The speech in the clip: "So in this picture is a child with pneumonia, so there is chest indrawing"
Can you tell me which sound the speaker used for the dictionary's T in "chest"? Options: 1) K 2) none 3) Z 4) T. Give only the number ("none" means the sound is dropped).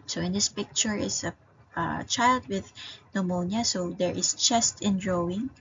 4